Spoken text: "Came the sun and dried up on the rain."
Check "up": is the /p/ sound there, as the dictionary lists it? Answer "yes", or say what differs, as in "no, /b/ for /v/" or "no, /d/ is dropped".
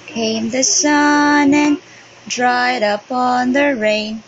yes